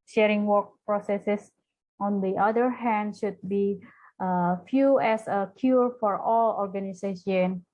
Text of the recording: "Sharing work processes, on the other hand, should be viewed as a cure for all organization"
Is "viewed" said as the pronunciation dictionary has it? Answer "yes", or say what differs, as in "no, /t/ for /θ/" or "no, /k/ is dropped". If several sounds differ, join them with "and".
no, /f/ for /v/ and /d/ is dropped